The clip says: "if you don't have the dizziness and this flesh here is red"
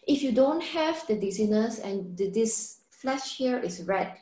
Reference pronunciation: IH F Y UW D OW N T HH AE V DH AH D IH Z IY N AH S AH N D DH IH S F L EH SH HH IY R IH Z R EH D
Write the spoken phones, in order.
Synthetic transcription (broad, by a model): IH F Y UW D OW N T HH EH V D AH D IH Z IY N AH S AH N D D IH S F L EH SH HH IY R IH S R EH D